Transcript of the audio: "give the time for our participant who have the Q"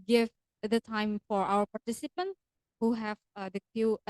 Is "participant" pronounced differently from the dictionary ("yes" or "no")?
no